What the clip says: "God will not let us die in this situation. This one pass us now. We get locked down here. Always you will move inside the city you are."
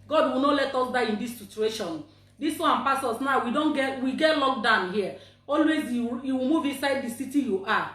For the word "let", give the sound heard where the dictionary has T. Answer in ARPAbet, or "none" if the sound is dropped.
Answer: T